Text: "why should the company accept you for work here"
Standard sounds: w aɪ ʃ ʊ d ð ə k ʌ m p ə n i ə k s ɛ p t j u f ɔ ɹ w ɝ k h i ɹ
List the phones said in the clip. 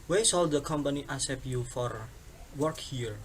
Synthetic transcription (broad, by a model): w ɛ s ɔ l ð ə k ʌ m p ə n i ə s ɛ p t j u f ɔ ɹ w ɝ k h i ɹ